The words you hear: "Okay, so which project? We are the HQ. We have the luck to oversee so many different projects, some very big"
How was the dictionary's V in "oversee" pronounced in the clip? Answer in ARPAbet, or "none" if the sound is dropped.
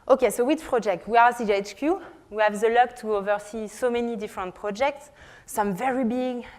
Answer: V